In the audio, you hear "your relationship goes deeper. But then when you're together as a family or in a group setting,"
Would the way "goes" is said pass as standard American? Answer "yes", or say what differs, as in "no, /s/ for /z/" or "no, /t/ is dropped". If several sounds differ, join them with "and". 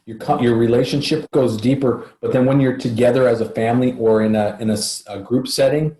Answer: yes